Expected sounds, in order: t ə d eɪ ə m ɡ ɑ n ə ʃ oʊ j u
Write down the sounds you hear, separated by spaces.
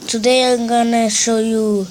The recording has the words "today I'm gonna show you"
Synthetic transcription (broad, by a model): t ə d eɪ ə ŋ ɡ ɑ n ə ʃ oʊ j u